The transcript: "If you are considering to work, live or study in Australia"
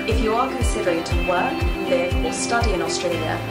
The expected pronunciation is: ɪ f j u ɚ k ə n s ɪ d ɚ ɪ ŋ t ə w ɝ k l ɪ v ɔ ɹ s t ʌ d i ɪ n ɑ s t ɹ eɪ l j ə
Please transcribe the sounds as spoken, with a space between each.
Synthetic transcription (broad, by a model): ɪ f j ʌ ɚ k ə n s ɪ d ɚ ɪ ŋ t ə w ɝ k l ɪ v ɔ l s t ʌ d i ɪ n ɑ s t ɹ eɪ l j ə